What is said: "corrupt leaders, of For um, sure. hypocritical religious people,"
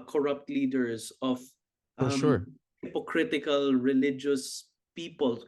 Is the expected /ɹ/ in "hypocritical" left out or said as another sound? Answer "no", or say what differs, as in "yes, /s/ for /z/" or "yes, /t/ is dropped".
no